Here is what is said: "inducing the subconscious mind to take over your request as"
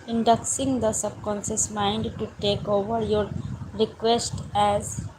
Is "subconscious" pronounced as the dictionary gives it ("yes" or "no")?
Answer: no